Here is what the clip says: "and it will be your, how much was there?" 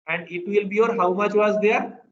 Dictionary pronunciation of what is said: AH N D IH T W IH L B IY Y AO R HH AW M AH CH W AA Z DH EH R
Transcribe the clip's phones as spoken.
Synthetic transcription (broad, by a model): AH N D IH T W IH L B IY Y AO R HH AW M AH CH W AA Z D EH R